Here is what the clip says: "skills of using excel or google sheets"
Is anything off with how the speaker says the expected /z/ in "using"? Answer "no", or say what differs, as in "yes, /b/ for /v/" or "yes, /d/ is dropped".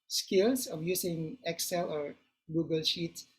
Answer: yes, /s/ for /z/